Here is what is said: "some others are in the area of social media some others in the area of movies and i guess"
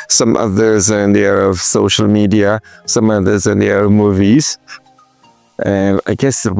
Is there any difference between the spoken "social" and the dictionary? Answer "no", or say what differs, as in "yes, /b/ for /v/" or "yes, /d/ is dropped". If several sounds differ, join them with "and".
no